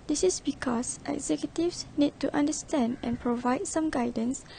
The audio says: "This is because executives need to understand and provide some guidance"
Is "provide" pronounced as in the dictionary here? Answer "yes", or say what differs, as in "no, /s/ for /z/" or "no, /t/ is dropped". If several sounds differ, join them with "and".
yes